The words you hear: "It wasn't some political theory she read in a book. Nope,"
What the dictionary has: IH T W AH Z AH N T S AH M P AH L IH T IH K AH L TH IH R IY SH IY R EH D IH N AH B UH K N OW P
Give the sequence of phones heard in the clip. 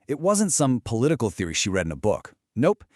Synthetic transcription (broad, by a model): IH T W AH Z AH N T S AH M P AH L IH T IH K L TH IH R IY SH IY R EH D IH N AH B UH K N OW P